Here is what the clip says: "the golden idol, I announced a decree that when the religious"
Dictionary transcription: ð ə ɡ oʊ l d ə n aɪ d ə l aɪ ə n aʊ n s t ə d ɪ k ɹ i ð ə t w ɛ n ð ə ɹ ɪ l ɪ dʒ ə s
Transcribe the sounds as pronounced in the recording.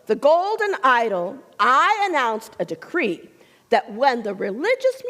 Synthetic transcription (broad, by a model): ð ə ɡ oʊ l d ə n aɪ d l aɪ ə n aʊ n s t ə d ɪ k ɹ i ð ə t w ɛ n ð ə ɹ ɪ l ɪ dʒ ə s